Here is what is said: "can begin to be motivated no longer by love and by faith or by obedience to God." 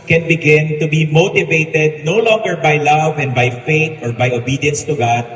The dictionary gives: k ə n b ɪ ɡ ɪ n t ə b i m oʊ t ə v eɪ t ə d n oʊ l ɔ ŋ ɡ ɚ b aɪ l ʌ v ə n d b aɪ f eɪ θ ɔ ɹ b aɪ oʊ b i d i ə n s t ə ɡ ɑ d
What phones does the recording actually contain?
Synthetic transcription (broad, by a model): k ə n b ɪ ɡ ɪ n t ə b i m oʊ t ə v eɪ t ə d n oʊ l ɔ ŋ ɡ ɚ b aɪ l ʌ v ə n d b aɪ f eɪ t ɔ ɹ b aɪ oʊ b i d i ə n s t ə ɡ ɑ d